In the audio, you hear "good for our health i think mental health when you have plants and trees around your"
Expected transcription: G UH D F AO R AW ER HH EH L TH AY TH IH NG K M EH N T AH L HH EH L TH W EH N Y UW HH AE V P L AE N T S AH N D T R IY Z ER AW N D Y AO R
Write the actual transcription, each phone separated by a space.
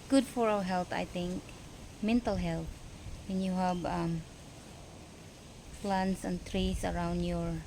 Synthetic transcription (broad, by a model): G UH D F AO R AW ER HH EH L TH AY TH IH NG K M EH N T AH L HH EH L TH W EH N Y UW HH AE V F L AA N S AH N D T R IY S ER AW N D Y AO R